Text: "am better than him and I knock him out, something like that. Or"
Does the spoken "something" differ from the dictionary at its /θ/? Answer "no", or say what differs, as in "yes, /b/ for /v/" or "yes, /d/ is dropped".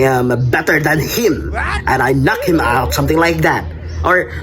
no